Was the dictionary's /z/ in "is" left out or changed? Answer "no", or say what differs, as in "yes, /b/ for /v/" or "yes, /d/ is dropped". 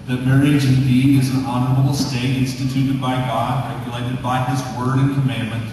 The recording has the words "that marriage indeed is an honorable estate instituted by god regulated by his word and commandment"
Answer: no